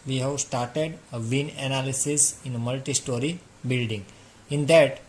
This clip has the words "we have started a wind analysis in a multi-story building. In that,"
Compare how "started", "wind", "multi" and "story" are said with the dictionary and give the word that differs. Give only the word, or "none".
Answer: wind